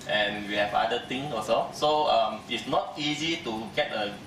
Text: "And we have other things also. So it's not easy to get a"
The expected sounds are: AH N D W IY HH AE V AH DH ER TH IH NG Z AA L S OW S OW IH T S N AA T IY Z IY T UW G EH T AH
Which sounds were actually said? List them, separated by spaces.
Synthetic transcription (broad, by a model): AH N W IY HH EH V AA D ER T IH NG AA S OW S OW IH T S N AA T IY Z IY T UW G EH T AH